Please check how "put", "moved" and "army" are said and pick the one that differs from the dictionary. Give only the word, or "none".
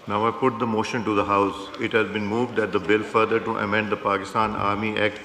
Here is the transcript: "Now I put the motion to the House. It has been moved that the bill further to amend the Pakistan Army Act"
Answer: none